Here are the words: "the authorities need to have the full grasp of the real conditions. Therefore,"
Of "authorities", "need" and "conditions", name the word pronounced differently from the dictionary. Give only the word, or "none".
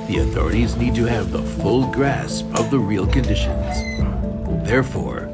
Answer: none